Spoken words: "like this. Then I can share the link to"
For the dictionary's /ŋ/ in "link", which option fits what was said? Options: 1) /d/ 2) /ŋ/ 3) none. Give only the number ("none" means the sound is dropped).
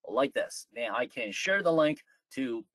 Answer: 2